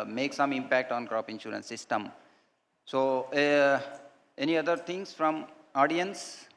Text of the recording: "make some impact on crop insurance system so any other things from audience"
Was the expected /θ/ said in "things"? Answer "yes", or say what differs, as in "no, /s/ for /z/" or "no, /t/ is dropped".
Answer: no, /t/ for /θ/